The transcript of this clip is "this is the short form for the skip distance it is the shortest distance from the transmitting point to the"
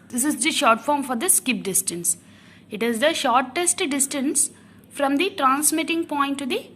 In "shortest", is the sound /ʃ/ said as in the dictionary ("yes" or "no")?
yes